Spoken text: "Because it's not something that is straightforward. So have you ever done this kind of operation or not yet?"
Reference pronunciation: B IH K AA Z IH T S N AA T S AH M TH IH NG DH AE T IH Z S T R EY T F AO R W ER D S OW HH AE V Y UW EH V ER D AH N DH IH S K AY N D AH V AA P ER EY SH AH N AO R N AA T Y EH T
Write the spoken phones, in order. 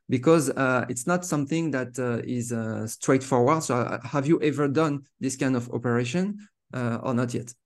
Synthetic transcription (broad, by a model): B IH K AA Z IH T S N AA T S AH M TH IH NG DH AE T IH Z S T R EY T F AO R W ER D S OW HH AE V Y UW EH V ER D AH N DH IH S K AY N D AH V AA P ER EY SH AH N AO R N AA T Y EH T